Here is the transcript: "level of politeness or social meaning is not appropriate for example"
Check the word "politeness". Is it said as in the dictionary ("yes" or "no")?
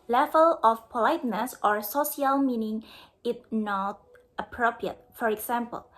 yes